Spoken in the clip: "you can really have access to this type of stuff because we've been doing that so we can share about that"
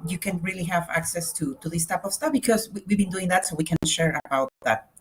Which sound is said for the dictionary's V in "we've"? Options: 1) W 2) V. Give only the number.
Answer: 1